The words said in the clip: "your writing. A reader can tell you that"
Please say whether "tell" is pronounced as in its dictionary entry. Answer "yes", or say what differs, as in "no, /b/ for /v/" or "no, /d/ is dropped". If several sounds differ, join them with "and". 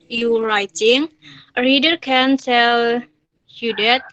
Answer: no, /s/ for /t/